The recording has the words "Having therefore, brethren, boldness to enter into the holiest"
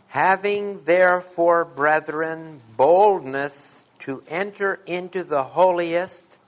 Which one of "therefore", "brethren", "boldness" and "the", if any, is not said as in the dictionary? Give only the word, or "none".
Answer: none